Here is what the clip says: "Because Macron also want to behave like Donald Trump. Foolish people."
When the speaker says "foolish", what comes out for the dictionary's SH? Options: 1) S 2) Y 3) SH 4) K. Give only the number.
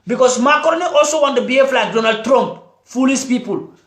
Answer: 1